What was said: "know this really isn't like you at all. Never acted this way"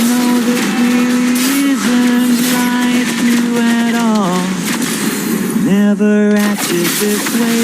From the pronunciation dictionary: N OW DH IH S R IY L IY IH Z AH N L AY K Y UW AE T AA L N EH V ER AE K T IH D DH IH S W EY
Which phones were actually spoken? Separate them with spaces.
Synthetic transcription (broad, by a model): N OW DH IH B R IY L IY IH Z AH N L AY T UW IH T AA L N EH V ER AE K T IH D DH IH S W EY